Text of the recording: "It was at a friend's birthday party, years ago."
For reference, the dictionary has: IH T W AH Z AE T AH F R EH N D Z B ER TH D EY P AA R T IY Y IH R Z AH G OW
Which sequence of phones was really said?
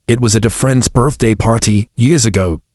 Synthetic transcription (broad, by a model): IH T W AH Z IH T AH F R EH N D Z B ER TH D EY P AA R T IY Y IH R Z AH G OW